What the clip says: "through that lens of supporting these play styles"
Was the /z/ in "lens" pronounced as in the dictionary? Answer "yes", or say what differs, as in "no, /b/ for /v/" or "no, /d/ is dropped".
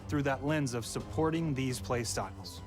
yes